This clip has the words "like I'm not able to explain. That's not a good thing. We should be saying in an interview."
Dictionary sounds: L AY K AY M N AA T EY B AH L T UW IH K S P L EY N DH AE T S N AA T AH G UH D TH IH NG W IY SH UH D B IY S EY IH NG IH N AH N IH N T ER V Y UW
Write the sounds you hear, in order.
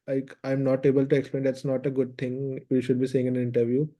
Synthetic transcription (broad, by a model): L AY K AY M N AA T EY B AH L T UW IH K S P L EY N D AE T S N AA T AH G UH D T IH NG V IY SH UH D B IY S EY IH NG IH N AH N IH N T ER V Y UW